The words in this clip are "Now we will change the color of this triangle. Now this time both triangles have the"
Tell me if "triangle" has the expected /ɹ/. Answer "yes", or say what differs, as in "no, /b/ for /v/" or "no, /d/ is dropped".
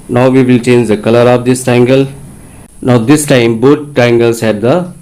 no, /ɹ/ is dropped